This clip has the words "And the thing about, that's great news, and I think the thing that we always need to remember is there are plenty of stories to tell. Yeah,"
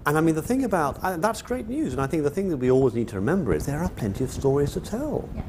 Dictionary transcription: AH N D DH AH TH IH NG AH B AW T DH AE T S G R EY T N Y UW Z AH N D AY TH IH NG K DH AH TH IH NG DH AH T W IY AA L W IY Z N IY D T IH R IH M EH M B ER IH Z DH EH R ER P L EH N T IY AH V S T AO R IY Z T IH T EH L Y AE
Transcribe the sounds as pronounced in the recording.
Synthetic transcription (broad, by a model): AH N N DH AH TH IH NG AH B AW T DH AE T S G R EY T N Y UW Z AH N AY TH IH NG K DH AH TH IH NG DH AH T W IY AA L W IY Z N IY D T IH R IH M EH M B ER IH Z DH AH R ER P L EH N T IY AH V S T AO R IY Z T IH T EH L